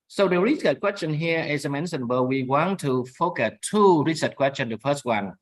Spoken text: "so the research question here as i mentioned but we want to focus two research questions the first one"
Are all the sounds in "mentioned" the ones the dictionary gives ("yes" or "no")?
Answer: no